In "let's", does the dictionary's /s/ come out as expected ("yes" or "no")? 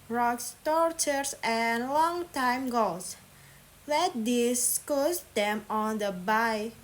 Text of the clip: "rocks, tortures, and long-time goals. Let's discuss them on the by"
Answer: no